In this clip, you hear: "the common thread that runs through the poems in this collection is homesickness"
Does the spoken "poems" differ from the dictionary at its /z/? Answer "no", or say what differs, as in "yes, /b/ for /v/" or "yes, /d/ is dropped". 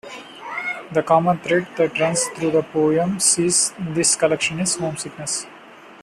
yes, /s/ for /z/